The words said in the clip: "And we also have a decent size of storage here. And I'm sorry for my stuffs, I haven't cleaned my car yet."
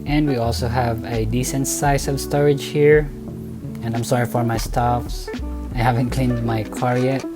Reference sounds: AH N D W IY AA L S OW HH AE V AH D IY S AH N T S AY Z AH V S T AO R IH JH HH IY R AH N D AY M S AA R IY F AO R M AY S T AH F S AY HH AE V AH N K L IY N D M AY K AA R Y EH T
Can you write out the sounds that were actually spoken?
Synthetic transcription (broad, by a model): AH N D W IY AA L S OW HH AE V AH D IY S AH N T S AY S AH V S T AO R IH JH HH IY R AH N D AY M S AA R IY F AO R M AY S T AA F S AY HH AE V AH N K L IY N D M AY K AA R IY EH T